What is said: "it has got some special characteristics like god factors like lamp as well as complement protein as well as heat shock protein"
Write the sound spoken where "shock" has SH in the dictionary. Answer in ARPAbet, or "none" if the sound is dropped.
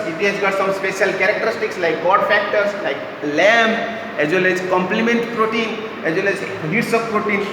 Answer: S